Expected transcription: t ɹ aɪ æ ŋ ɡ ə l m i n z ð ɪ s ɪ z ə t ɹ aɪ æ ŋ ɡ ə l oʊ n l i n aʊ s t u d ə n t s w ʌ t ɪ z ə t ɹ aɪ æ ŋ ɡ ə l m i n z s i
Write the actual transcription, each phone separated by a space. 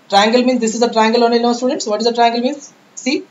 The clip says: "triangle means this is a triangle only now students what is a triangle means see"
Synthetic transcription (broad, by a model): t ɹ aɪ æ ŋ ɡ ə l m i n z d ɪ s ɪ z ə t ɹ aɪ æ ŋ ɡ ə l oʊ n i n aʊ s t u d ə n t s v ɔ t ɪ z ə t ɹ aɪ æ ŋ ɡ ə l m i n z s i